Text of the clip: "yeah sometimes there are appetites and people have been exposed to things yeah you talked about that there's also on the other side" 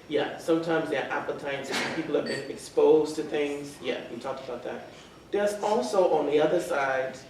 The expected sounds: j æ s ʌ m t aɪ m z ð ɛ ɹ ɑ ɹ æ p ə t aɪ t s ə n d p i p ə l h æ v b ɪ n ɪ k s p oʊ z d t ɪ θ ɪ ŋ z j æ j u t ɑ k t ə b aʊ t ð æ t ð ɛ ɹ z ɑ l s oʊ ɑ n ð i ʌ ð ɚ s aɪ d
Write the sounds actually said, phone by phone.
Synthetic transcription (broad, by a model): j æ s ʌ m t aɪ m z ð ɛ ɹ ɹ æ p ə t aɪ t s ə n p i p l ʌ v b ɪ n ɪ k s p oʊ z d t ɪ θ ɪ ŋ z j æ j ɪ t ɑ k t ə b aʊ t ð æ t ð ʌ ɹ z ɑ l s oʊ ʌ n ð i ʌ ð ɚ s aɪ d